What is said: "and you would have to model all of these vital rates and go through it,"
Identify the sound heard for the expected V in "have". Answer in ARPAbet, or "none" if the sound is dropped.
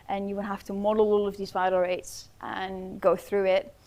F